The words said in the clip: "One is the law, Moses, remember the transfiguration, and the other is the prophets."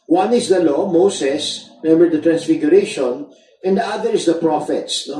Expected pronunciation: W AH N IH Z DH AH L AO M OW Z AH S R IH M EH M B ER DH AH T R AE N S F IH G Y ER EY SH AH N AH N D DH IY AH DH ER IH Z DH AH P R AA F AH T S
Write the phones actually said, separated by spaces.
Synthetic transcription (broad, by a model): W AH N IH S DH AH L AO M OW S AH S M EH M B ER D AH T R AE N S F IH G Y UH EY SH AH N AH N D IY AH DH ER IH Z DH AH P R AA F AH T S